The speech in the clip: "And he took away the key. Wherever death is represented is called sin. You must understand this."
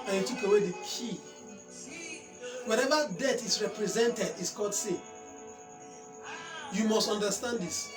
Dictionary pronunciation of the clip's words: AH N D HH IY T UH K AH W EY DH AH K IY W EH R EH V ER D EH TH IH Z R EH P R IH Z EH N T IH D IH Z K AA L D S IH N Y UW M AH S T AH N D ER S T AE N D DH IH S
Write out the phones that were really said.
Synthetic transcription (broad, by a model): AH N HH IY T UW K AH W EY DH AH K IY W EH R EH V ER D EH T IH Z R EH P R IH Z EH N T IH D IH S K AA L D S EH Y UW M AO S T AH N D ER S T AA N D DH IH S